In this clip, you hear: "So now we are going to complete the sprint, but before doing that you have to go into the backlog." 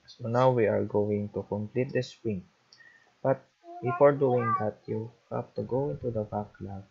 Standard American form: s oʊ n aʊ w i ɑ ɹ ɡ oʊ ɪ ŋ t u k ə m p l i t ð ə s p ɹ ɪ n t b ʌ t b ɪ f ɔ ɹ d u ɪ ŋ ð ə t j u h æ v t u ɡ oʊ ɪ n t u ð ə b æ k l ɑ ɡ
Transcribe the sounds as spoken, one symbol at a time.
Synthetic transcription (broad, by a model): s oʊ n aʊ w i ɑ ɹ ɡ oʊ ɪ ŋ t u k ə m p l i t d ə s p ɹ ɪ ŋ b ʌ t b ɪ f ɔ ɹ d u ɪ ŋ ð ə t j u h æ p t u ɡ oʊ ɪ n t u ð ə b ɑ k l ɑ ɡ